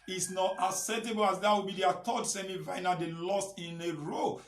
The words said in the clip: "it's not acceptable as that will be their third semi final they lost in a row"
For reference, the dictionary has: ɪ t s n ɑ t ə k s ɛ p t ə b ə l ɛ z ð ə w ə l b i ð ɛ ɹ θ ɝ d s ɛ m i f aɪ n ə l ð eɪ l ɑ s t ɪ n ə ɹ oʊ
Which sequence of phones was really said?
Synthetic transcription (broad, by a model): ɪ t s n ɑ t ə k s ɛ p t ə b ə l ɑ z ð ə w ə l b i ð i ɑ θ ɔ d s ɛ m i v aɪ n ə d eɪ l ɑ s t ɪ n ə ɹ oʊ